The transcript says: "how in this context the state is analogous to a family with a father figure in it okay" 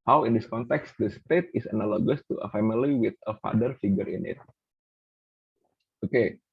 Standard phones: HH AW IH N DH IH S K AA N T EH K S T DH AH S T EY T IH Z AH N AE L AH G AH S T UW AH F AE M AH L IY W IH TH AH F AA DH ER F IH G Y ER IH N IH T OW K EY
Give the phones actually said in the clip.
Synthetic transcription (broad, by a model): HH AW IH N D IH S K AA N T EH K S T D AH S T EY T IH S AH N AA L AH G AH S T UW AH F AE M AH L IY W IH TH AH F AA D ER F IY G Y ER IH N IH T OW K EY